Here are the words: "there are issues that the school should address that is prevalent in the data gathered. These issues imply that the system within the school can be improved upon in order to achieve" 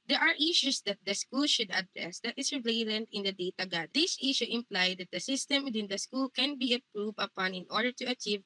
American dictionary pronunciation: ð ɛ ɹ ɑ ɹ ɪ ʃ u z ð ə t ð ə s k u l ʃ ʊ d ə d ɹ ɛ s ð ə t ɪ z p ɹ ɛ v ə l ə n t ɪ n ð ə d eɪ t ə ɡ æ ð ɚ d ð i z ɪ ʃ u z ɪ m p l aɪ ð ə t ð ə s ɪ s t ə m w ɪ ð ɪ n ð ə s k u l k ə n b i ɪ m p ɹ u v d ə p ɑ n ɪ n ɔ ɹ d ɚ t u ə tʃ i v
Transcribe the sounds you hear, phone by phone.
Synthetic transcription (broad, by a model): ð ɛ ɹ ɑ ɹ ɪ ʃ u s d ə t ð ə s k u l ʃ ʊ d ə d ɹ ɛ s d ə t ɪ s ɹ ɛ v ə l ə n t ɪ n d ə d eɪ t ə ɡ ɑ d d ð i s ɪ ʃ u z ɪ m p l aɪ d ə t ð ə s ɪ s t ə m w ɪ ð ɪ n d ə s k u l k ə n b i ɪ p ɹ u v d ə p ɑ n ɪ n ɔ ɹ d ɚ t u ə tʃ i v